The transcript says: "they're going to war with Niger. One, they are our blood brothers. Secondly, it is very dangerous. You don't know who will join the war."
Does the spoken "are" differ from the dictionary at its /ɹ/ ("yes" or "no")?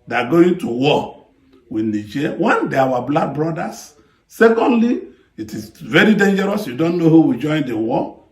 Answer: yes